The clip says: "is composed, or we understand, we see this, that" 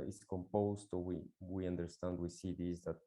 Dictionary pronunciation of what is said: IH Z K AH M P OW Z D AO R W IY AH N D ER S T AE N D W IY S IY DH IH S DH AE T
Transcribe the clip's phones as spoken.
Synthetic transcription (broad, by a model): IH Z K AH M P OW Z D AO W W IY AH N D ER S T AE N D W IY S IY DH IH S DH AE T